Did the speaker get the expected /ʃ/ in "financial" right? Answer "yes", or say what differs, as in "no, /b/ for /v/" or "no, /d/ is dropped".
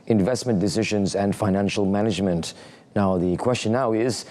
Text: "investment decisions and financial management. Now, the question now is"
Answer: yes